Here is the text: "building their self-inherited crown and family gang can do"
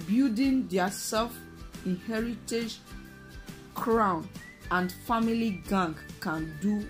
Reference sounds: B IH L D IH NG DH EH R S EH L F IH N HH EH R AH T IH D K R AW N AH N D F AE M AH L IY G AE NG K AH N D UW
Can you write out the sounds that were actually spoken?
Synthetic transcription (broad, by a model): B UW D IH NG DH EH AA S EH L F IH N HH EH R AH T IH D K R AW N AH N D F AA M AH L IY G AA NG K AH N D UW